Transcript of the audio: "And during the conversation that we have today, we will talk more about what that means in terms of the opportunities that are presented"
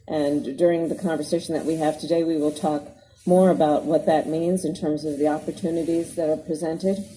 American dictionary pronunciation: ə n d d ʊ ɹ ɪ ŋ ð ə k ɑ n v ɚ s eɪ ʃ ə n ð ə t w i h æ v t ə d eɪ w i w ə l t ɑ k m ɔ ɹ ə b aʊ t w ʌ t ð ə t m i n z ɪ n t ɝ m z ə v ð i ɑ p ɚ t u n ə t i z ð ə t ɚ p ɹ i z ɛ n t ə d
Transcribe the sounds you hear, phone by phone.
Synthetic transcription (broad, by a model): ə n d d ʊ ɹ ɪ ŋ ð ə k ɑ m v ɚ s eɪ ʃ n ð ə t w i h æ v t ə d eɪ w i w ə l t ɑ k m ɔ ɹ ə b aʊ t w ʌ t ð ə t m i n z ɪ n t ɝ m z ə v ð i ɑ p ɚ t u n ə t i z ð ə t ɚ p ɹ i z ɛ n t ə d